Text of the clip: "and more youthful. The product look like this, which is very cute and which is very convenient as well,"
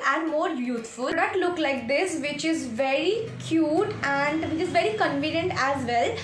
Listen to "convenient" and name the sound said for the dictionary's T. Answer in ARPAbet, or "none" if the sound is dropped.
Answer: T